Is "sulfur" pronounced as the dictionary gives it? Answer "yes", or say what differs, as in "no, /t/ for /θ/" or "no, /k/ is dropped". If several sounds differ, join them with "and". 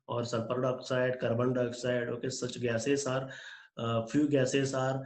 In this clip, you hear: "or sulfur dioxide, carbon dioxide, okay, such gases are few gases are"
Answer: no, /p/ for /f/